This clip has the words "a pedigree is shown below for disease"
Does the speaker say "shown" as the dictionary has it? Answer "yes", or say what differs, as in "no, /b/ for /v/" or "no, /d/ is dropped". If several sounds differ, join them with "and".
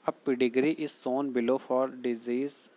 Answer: no, /s/ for /ʃ/